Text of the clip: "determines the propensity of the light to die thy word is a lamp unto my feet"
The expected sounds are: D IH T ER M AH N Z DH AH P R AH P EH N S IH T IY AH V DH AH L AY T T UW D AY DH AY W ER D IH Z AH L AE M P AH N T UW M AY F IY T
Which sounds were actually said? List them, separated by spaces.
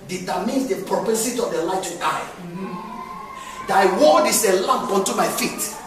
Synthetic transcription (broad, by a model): D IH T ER M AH N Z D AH P R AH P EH S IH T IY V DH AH L AY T T UW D AY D AY W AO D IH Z AH L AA M P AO N T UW M AY F IY T